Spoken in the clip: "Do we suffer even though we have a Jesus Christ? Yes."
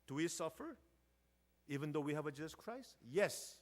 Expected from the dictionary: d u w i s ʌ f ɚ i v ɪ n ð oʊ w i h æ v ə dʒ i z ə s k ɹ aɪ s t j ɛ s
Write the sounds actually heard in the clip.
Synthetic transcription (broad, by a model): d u w i s ʌ f ɚ i v ɪ n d oʊ w i h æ v ə dʒ i z ə s k ɹ aɪ s t j ɛ s